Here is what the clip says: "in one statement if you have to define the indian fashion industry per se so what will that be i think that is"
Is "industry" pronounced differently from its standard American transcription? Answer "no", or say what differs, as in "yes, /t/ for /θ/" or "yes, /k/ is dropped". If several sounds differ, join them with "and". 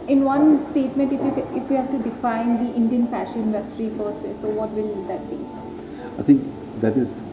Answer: no